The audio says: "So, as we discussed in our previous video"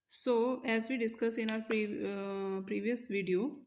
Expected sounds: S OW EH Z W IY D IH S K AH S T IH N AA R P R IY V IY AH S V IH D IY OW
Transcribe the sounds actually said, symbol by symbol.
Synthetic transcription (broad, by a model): S OW EH Z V IY D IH S K AH S IH N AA R P R IY V IY AH S V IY D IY OW